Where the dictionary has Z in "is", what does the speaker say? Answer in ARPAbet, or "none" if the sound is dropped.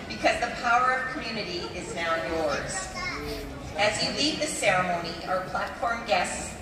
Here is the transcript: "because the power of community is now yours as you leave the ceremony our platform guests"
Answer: Z